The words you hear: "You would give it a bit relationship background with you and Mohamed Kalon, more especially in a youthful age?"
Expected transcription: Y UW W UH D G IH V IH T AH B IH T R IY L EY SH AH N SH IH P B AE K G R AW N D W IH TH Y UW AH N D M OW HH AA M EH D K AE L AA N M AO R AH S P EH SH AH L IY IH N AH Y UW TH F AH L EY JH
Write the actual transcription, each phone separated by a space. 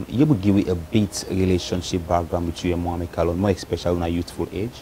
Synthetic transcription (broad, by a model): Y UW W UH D G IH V IH T AH B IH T R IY L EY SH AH N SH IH P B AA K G R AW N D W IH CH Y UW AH M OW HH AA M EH K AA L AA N M AO R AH S P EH SH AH L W IH N AH Y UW T F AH L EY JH